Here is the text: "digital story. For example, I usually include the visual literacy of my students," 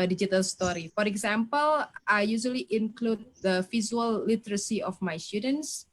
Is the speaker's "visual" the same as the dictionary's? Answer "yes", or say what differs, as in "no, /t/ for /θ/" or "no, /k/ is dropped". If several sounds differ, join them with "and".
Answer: no, /z/ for /ʒ/